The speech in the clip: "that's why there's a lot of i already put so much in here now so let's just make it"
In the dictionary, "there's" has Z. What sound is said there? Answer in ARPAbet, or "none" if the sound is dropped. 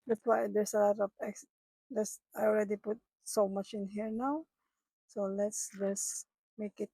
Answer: S